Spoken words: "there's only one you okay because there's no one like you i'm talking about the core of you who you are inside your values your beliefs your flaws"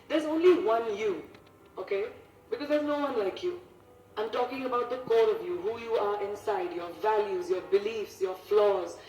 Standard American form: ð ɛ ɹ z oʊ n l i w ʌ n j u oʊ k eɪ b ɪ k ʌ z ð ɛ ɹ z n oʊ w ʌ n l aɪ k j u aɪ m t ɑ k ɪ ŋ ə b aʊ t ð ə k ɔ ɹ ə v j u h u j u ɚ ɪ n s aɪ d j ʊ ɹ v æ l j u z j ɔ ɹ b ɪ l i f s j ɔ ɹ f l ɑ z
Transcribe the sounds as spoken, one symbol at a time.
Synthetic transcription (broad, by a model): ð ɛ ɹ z oʊ n l i w ʌ n j u oʊ k eɪ b ɪ k ʌ z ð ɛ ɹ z n oʊ w ʌ n l aɪ k j u aɪ m t ɑ k ɪ ŋ ə b aʊ t ð ə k ɔ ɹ ə v j u h u j u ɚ ɪ n s aɪ d j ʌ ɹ v æ l j u z j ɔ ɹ b ɪ l i f s j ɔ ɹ f l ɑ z